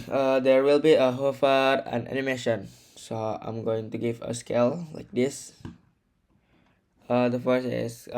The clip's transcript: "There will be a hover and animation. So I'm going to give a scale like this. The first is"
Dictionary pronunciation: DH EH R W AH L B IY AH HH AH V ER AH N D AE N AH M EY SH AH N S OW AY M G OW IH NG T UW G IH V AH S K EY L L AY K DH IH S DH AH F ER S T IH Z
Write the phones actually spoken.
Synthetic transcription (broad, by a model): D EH R W AH L B IY AH HH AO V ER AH N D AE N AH M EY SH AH N S OW AY M G OW IH NG T UW G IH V AH S K EY L L AY K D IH S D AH F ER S IH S